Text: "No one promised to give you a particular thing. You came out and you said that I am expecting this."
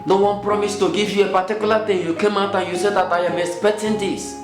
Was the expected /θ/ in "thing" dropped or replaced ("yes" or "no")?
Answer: yes